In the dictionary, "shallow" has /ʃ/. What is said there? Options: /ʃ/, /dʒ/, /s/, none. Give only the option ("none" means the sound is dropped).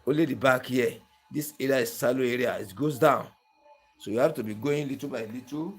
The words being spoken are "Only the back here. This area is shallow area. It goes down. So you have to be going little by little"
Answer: /s/